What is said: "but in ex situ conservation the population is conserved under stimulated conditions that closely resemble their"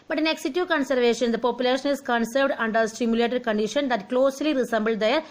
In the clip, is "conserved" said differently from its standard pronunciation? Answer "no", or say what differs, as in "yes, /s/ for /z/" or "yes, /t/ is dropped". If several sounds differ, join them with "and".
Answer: no